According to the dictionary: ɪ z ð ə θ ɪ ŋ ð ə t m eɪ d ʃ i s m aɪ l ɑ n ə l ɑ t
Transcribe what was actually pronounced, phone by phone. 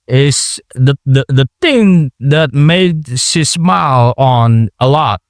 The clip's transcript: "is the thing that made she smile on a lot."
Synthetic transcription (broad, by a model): ɪ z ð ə θ ɪ ŋ ð ə t m eɪ d s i s m aɪ l n ə l ɑ t